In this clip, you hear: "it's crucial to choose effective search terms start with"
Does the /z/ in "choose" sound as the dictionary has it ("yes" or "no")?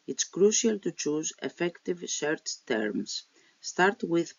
yes